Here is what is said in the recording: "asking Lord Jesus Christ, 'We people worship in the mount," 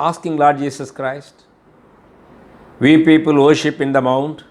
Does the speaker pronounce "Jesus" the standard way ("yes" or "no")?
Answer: no